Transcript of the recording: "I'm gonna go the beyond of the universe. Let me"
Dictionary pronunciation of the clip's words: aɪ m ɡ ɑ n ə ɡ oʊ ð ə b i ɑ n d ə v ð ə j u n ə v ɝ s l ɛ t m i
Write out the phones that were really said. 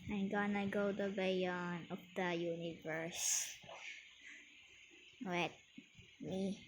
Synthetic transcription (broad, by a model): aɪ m ɡ ɑ n ə ɡ oʊ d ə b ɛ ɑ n ə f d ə j u n ə v ɝ s w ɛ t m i